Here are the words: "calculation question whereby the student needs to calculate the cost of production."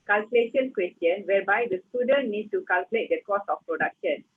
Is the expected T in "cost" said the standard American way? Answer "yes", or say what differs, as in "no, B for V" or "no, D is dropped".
no, T is dropped